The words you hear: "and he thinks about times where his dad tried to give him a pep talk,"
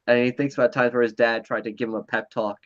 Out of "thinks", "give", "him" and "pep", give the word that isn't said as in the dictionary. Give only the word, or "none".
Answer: none